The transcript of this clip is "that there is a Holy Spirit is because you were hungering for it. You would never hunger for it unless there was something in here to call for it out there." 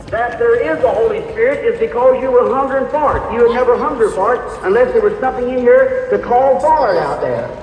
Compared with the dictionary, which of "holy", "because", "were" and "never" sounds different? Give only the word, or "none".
none